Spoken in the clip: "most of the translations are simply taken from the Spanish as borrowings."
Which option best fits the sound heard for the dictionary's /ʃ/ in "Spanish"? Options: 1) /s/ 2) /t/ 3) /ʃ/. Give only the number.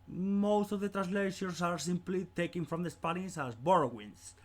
1